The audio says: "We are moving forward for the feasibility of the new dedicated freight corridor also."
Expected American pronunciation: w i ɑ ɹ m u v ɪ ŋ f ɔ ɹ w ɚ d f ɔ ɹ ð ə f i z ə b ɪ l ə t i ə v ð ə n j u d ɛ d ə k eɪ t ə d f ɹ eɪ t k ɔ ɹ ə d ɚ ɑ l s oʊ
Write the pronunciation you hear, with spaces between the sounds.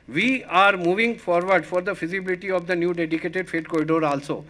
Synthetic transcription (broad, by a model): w i ɑ ɹ m u v ɪ ŋ f ɔ ɹ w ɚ d f ɔ ɹ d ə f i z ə b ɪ l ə t i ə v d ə n j u d ɛ d ə k eɪ t ə d f eɪ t k ɔ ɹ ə d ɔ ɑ l s oʊ